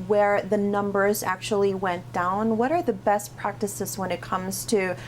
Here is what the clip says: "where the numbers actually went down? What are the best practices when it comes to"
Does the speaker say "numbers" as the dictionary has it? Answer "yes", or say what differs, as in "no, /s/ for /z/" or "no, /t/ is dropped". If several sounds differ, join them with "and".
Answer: yes